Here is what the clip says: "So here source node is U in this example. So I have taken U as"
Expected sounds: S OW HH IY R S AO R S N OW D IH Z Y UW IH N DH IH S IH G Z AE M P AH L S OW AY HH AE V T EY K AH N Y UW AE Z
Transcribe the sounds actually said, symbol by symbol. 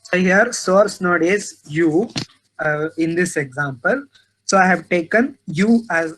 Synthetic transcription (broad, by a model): S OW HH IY R S AO R S N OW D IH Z Y UW IH N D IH S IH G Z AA M P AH L S OW AY HH AE V T EY K AH N Y UW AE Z